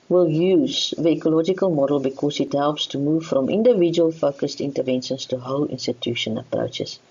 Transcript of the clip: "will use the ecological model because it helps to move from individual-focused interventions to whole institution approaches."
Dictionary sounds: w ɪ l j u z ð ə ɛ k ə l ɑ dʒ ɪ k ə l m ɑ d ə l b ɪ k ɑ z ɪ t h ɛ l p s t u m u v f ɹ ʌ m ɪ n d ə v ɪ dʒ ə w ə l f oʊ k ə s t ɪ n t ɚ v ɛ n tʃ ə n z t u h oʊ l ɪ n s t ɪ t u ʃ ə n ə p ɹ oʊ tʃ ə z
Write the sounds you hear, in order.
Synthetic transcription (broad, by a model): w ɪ l j u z ð ə ɛ k ə l ɑ dʒ ɪ k ə l m ɑ d ə l b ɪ k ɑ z ɪ t h ɛ l p s t u m u v f ɹ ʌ m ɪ n d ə v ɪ dʒ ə ə l f oʊ k ə s t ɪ n t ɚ v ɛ n ʃ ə n s t u h oʊ l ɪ n s t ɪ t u ʃ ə n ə p ɹ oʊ tʃ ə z